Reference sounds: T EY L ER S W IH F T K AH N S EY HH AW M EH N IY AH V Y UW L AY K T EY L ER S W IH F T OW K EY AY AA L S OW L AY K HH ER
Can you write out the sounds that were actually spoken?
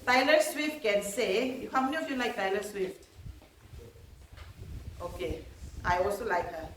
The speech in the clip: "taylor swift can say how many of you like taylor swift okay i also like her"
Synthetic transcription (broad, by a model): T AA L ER S W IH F T K AH N S EY HH AW M EH N IY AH F Y UW L AY K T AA L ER S W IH F T OW K EY AY AA L S OW L AY K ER